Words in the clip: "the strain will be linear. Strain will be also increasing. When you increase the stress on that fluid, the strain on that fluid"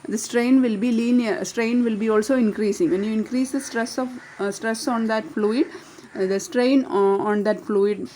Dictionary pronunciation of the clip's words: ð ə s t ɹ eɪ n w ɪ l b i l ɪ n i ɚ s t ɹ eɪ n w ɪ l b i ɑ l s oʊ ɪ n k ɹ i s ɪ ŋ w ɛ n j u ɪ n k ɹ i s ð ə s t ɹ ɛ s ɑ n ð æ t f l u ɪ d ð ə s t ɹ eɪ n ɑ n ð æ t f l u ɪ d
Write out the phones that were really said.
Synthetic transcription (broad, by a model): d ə s t ɹ eɪ n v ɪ l b i l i n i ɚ s t ɹ eɪ n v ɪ l b i ɑ l s oʊ ɪ n k ɹ i s ɪ ŋ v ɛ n j u ɪ n k ɹ i s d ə s t ɹ ɛ s ɑ n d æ t f l u ɪ d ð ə s t ɹ eɪ n ɑ n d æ t f l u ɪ d